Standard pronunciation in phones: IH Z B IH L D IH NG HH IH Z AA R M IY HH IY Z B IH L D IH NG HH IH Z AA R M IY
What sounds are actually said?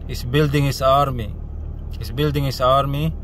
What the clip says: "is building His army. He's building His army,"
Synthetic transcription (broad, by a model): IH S B IH L D IH NG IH S AA R M IY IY S B IH L D IH NG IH S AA R M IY